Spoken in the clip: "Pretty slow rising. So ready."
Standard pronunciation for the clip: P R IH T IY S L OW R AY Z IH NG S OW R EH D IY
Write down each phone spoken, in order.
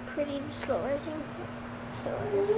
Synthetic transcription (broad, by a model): P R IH T IY S L OW L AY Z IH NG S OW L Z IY